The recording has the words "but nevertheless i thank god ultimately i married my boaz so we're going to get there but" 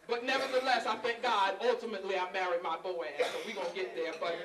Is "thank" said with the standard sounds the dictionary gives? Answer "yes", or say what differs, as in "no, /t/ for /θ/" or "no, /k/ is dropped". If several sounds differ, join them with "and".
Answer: no, /f/ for /θ/